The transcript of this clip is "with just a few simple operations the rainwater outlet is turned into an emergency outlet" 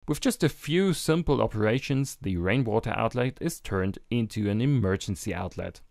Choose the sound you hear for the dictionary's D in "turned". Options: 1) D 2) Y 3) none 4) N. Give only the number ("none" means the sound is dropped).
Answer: 1